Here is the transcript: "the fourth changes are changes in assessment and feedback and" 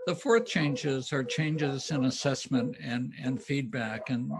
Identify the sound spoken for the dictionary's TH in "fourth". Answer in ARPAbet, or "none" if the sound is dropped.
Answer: TH